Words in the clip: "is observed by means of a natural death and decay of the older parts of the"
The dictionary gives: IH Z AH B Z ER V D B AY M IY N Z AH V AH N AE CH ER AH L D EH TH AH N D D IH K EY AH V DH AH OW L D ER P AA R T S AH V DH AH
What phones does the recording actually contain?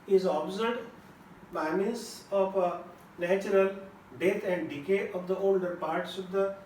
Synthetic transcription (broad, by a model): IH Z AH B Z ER D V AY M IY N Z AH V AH N AE CH ER AH L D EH T AH N D D IH K EY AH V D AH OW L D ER P AA R T S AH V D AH